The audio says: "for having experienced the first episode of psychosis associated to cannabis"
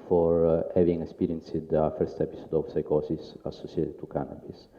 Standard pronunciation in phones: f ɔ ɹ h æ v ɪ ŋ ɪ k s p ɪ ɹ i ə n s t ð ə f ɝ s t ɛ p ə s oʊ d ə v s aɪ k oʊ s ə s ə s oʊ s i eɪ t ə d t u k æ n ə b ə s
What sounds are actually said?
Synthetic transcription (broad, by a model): f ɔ ɹ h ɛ v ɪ ŋ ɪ k s p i ɹ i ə n s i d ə f ɝ s t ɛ p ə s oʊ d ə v s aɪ k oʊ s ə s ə s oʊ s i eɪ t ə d t u k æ n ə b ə s